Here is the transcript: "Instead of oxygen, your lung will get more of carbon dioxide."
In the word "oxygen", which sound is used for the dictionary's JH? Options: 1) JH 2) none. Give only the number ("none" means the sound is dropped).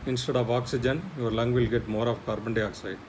1